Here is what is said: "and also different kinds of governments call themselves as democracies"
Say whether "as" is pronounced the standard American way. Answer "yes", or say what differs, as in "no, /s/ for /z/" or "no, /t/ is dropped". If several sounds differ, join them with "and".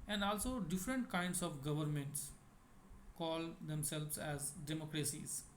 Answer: yes